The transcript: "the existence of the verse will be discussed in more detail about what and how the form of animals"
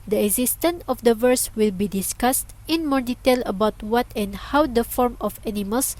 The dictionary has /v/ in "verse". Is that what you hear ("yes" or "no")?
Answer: yes